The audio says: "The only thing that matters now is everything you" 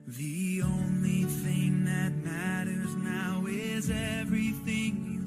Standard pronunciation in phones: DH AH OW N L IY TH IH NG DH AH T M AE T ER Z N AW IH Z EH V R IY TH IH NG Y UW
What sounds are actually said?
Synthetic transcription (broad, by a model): DH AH OW N L IY TH IH NG DH AH T M AE T ER Z N AW IH Z EH V R IY TH IH NG